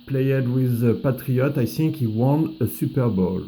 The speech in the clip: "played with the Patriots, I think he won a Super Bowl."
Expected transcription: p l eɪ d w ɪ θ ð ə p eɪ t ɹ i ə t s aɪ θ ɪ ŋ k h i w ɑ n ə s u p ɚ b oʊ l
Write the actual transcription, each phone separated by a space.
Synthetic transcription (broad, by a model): p l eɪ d w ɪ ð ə p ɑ t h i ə t aɪ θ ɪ ŋ k h i w ɑ n ə s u p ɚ b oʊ l